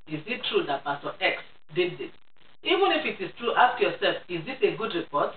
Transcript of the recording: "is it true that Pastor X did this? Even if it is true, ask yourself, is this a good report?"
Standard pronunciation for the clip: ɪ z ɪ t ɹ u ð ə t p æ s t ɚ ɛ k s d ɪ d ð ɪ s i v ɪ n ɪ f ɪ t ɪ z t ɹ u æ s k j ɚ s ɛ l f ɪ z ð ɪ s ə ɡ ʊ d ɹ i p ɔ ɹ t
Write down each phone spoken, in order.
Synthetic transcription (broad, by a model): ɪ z ɪ t ɹ u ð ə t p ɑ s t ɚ ɛ k s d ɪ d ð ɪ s i v ɪ n ɪ f ɪ t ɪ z t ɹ u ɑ s k j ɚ s ɛ l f ɪ z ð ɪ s ə ɡ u d ɹ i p ɔ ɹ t